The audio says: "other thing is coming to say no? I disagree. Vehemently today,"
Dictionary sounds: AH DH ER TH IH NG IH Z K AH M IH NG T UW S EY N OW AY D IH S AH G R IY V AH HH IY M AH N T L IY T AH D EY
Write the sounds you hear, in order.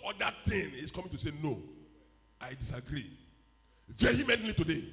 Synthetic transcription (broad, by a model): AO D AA T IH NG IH S K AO M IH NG T UW S EY N OW AY D IH S AH G R IY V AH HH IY M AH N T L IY T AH D EY